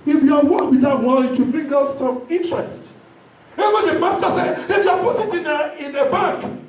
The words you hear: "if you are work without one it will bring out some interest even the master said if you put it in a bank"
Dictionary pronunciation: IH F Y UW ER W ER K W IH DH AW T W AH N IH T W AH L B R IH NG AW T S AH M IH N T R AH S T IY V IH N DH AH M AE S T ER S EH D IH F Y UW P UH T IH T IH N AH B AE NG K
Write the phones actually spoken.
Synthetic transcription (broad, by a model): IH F Y UW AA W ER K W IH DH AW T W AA L IH T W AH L B R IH NG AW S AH M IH N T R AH S T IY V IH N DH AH M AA S T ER S EH D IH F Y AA P UH T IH T IH N AH B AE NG K